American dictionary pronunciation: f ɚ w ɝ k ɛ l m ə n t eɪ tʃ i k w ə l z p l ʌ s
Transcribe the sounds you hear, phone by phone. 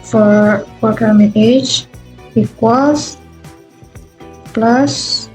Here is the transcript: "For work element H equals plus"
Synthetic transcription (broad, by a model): f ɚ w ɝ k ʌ m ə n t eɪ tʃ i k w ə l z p l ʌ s